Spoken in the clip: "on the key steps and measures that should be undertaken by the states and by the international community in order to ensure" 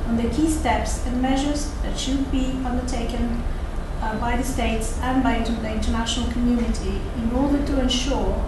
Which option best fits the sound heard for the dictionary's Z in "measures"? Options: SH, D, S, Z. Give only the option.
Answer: Z